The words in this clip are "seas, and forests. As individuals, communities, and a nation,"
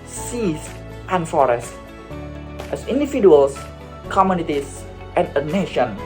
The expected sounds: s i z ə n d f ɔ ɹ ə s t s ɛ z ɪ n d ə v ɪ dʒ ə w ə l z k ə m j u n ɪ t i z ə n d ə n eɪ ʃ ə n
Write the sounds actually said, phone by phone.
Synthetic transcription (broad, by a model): s i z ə n f ɔ ɹ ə s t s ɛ s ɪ n d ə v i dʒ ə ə l s k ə m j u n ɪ t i s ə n ə n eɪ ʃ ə n